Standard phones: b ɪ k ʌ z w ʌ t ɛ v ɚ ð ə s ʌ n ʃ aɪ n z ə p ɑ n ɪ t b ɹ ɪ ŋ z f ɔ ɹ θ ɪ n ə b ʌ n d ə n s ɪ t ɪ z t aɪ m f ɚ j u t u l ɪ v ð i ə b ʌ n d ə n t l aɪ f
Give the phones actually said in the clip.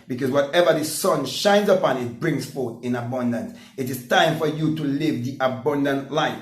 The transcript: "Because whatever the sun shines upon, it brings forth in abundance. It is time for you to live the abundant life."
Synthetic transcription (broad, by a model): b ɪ k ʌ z w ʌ t ɛ v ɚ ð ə s ʌ n ʃ aɪ n z ə p ɑ n ɪ t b ɹ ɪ ŋ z f ɔ ɹ θ ɪ n ə b ʌ n d ə n s ɪ t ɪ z t aɪ m f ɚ j u t u l ɪ v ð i ə b ʌ n d ə n t l aɪ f